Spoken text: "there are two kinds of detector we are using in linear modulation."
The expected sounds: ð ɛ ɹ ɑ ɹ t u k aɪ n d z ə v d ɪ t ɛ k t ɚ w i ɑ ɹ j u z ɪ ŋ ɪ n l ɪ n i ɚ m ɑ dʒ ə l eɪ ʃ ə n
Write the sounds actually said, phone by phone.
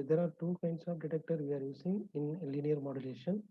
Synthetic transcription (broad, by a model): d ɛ ɹ ɑ ɹ t u k aɪ n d s ə v d ɪ t ɛ k t ɚ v i ɑ ɹ j u s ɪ ŋ ɪ n l ɪ n i ɚ m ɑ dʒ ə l eɪ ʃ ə n